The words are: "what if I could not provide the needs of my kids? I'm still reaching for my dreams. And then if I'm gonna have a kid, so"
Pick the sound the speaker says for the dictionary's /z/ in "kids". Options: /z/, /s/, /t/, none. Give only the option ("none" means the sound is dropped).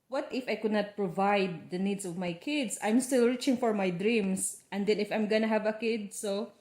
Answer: /s/